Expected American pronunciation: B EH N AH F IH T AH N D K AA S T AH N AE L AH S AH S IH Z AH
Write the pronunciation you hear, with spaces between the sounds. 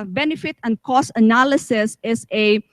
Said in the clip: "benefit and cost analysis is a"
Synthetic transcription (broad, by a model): B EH N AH F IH T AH N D K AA S AH N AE L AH S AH S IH S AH